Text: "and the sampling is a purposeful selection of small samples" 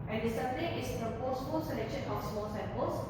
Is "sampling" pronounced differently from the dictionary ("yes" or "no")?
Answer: yes